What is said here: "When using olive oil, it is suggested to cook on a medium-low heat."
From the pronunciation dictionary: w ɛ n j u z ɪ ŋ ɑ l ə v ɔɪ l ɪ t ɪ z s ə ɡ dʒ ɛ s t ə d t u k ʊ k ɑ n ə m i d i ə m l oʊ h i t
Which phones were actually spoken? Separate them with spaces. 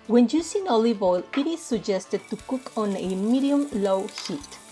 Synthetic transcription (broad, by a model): w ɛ n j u s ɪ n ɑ l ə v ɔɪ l ɪ t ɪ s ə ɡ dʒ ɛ s t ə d t u k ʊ k ɑ n ə m i d i ə m l oʊ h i t